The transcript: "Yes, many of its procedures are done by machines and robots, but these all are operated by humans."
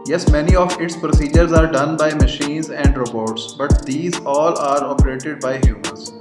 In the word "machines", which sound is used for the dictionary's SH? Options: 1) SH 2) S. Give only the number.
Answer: 1